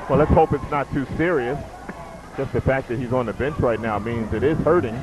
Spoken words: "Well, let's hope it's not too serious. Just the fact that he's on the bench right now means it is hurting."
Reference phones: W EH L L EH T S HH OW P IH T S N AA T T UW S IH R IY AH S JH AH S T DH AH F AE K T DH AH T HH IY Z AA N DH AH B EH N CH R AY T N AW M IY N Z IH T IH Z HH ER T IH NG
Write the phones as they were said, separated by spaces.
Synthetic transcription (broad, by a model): W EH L L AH T S HH OW P IH T S N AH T T UW S IH R IY AH S JH AH S T DH AH F AE K DH AH T HH IY Z N DH AH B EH N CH R AY T N AW M IY N Z IH T IH Z HH ER T IH NG